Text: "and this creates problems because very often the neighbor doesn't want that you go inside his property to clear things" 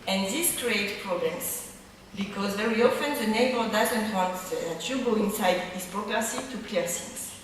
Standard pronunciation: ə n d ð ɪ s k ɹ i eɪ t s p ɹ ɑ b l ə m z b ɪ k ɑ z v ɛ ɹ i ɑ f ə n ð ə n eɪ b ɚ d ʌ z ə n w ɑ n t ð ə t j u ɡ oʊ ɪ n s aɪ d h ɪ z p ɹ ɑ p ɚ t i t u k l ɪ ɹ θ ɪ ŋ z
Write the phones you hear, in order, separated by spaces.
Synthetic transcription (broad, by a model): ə n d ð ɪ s k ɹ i eɪ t p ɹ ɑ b l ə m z b ɪ k ɑ z v ɛ ɹ i ɑ f ə n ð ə n eɪ b ɚ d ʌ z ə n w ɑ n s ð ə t j u ɡ oʊ ɪ n s aɪ d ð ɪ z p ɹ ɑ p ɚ s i t u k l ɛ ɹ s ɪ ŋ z